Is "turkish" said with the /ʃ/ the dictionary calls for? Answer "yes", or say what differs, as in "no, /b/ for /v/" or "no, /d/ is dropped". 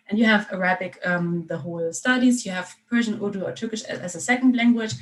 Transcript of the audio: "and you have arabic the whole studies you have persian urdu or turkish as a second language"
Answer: yes